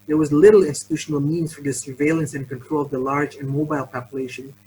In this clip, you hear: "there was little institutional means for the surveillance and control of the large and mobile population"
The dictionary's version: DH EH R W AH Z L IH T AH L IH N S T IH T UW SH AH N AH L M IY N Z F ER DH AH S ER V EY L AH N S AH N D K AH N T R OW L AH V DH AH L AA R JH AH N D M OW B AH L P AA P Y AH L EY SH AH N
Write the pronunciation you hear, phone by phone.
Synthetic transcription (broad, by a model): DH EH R W AH Z L IH T L IH N S T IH T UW SH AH N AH L M IY N Z F ER DH AH S ER V EY L AH N S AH N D K AH N T R OW L AH V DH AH L AA R JH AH N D M OW B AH L P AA P Y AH L EY SH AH N